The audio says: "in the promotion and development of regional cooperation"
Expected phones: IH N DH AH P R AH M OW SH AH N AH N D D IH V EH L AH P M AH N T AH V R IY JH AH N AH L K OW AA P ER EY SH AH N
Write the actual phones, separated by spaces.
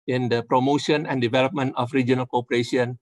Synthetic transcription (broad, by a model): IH N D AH P R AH M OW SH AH N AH N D D IH V EH L AH P M AH N T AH F R IY JH AH N AH L K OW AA P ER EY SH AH N